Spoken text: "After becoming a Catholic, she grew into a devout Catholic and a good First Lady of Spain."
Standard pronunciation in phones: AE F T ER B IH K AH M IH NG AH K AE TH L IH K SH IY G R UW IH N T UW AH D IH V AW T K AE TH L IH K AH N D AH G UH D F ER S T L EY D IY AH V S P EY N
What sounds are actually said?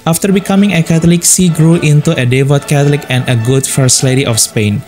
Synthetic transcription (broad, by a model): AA F T ER B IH K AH M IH NG AH K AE T L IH K S IY G R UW IH N T UW AH D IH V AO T K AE T L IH K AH N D AH G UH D F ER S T L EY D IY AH F S P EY N